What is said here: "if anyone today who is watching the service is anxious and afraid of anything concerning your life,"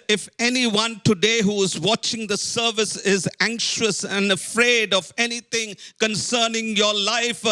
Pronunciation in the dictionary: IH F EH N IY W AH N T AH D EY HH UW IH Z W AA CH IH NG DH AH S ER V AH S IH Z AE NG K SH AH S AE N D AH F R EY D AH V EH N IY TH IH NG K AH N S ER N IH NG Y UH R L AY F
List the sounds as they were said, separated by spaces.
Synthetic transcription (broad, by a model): IH F EH N IY W AH N T AH D EY HH UW IH Z W AA CH IH NG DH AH S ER V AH S IH Z AE NG K SH AH S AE N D AH F R EY D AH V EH N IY T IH NG K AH N S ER N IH NG Y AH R L AY F